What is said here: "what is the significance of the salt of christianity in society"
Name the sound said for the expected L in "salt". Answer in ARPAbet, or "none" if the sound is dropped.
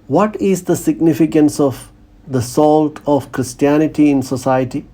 L